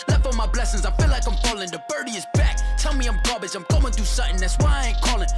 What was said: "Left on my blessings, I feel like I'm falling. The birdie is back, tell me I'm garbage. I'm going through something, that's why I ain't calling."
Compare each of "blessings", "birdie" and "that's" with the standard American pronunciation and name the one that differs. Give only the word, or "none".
none